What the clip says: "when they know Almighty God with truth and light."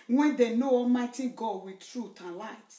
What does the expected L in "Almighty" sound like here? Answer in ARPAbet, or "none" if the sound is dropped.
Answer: none